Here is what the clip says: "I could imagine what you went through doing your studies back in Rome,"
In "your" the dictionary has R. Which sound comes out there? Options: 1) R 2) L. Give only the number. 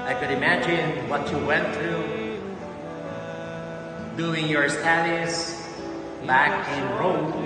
1